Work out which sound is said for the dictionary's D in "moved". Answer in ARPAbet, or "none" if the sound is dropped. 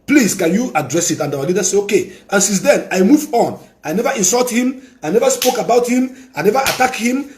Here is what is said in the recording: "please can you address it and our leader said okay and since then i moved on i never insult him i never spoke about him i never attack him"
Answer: none